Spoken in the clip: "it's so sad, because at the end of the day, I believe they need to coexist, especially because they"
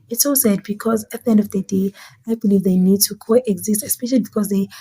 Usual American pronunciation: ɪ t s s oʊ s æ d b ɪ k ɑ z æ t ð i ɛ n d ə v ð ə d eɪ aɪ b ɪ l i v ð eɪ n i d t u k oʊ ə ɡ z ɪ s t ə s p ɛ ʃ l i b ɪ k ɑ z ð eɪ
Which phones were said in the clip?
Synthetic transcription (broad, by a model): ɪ t s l s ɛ d b ɪ k ɑ z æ t ð i ɛ n d ə v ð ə d eɪ aɪ b ɪ l i v ð eɪ n i d t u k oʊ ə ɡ z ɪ s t ə s p ɛ ʃ l i b ɪ k ɑ z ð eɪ